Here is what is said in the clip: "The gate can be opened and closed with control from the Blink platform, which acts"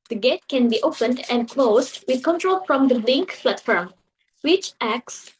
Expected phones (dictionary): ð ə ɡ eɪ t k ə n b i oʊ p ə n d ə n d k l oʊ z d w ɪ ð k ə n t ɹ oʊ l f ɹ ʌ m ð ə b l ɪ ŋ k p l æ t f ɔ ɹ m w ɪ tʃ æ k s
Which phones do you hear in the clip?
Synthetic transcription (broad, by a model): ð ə ɡ eɪ t k ə n b i oʊ p ə n d ə n d k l oʊ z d w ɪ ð k ə n t ɹ oʊ l f ɹ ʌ m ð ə l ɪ ŋ k f l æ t f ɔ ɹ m w ɪ tʃ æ k s